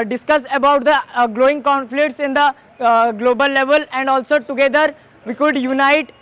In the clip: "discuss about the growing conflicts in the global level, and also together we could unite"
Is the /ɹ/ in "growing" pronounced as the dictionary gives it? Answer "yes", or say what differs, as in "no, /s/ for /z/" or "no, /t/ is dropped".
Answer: no, /l/ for /ɹ/